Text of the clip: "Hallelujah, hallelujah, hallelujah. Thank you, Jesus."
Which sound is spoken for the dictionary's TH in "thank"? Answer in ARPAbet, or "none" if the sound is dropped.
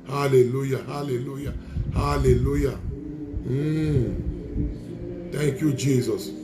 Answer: T